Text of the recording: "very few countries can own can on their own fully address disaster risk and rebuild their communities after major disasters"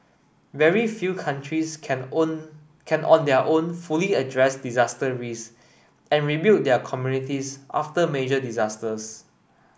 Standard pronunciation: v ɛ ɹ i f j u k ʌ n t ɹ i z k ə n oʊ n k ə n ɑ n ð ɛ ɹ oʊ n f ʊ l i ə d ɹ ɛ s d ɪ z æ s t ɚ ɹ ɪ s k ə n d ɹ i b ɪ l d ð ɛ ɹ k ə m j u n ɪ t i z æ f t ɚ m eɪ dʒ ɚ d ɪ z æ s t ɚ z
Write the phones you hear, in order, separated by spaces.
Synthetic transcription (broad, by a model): v ɛ ɹ i f j u k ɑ n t ɹ i s k ə n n ɑ n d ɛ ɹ oʊ n f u l i ə d ɹ ɛ s d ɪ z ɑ s t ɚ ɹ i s ə n ɹ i b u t d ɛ k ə m j u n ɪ t i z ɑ f t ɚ m eɪ dʒ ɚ d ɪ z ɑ s t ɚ s